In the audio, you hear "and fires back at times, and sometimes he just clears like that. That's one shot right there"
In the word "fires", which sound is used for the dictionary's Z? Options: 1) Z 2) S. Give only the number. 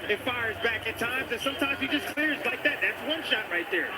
1